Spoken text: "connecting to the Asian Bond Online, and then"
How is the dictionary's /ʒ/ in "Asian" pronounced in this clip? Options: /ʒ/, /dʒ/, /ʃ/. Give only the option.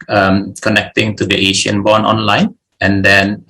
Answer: /ʃ/